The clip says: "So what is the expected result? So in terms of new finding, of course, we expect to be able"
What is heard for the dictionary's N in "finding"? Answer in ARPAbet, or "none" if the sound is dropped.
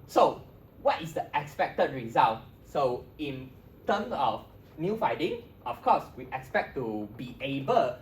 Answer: none